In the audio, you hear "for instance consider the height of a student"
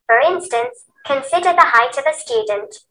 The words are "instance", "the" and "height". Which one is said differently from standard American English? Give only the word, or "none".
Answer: none